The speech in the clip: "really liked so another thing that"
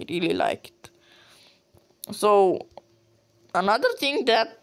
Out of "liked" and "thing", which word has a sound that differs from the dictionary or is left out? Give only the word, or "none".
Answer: thing